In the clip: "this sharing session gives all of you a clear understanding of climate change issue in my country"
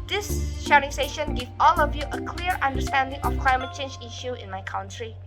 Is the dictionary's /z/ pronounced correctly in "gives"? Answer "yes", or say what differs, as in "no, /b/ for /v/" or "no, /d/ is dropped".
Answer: no, /z/ is dropped